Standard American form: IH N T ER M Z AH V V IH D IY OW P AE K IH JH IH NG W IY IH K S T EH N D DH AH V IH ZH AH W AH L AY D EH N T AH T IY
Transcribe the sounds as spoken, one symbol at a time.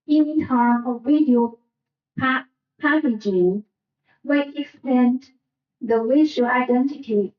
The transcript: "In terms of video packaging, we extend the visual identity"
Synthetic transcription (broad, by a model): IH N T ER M AH V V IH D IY OW P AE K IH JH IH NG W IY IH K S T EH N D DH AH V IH SH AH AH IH D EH N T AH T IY